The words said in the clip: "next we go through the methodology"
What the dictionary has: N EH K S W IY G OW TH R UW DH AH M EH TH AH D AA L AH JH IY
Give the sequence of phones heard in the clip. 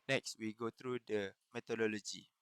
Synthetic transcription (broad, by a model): N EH K S W IY G OW T R UW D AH M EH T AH D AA L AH JH IY